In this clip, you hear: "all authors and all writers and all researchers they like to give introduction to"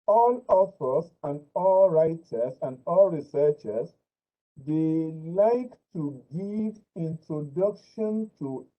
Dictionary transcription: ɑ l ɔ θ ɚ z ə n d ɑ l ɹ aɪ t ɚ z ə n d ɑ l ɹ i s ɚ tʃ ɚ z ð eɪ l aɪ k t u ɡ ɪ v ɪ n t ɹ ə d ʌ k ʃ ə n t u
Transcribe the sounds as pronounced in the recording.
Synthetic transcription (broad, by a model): ɑ l ɔ f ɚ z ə n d ɑ l ɹ aɪ t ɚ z ə n d ɑ l ɹ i s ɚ tʃ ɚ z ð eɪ l aɪ k t u ɡ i v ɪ n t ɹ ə d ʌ k ʃ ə n t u